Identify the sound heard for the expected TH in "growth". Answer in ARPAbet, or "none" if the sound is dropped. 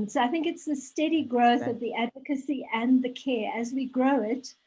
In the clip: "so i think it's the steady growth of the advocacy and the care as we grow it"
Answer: TH